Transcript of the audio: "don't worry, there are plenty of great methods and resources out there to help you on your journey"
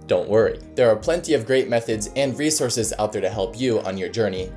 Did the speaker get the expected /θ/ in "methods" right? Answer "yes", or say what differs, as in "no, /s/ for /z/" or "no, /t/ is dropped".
yes